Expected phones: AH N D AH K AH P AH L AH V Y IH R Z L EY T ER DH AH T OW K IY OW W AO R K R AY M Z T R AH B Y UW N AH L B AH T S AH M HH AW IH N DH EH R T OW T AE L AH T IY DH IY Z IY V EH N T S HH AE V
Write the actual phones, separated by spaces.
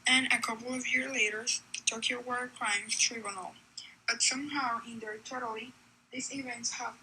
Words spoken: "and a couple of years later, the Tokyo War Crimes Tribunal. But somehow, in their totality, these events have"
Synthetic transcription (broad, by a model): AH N AH K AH P L AH V Y IH R Z L EY T ER DH AH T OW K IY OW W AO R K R AY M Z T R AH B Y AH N L B AH T S AH M HH AW IH N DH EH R T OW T L IY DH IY S IY V EH N T S HH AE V